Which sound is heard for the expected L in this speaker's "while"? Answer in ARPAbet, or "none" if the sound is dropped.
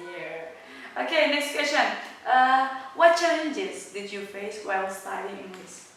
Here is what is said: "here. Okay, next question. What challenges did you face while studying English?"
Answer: W